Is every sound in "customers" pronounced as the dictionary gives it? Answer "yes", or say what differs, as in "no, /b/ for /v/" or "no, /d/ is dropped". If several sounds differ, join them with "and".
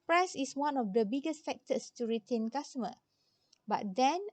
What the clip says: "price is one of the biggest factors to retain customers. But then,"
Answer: no, /z/ is dropped